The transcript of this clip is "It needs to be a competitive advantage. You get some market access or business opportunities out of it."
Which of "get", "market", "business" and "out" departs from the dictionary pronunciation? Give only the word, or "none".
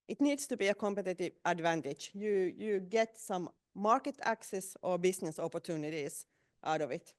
business